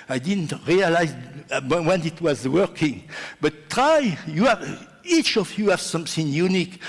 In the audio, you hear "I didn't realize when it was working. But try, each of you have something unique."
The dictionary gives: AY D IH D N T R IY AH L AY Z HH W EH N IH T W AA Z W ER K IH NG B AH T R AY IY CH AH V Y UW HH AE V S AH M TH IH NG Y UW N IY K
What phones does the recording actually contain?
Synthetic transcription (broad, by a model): AY D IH D N T R IY AH L AY Z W W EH N IH T W AA Z W ER K IH NG B AH T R AY IY CH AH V Y UW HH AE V S AH M TH IH NG Y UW N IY K